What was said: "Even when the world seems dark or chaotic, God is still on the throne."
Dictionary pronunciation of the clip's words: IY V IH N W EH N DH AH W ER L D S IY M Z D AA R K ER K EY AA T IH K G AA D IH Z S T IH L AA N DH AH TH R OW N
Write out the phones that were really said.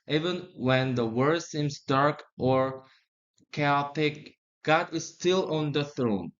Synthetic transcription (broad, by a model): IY V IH N W EH N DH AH W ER D S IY M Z D AA R K ER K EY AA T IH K G AA D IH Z S T IH L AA N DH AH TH R OW N